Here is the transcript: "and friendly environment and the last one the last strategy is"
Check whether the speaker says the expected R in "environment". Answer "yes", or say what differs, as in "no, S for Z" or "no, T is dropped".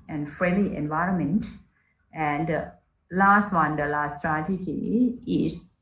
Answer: yes